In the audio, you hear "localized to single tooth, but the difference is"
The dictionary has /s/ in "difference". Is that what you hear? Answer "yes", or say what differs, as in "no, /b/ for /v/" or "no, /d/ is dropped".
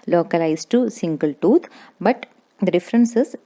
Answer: yes